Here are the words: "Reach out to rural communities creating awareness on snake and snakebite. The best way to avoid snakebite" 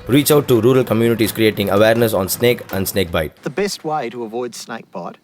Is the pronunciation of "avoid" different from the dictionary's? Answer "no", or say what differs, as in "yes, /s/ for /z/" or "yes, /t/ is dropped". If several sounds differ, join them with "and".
no